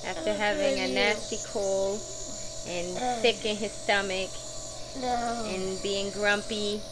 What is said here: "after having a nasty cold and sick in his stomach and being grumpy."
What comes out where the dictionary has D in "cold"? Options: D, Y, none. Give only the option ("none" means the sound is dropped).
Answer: none